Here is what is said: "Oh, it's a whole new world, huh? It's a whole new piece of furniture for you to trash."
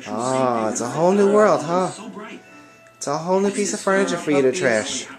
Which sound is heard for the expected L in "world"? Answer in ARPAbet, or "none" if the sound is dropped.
L